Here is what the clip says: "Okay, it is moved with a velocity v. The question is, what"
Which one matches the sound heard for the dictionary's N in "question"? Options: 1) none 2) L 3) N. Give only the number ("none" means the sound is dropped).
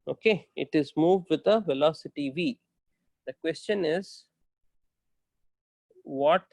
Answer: 3